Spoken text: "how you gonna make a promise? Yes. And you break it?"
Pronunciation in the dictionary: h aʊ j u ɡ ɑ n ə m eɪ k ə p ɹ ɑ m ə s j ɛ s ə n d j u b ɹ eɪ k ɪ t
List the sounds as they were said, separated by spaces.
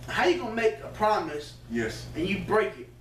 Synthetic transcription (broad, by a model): h aʊ j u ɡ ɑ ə m eɪ k ə p ɹ ɑ m ə s j ɛ s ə n j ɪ b ɹ eɪ k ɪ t